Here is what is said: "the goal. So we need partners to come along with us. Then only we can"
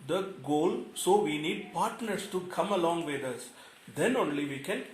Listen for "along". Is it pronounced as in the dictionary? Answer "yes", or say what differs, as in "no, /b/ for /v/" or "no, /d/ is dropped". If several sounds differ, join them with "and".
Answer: yes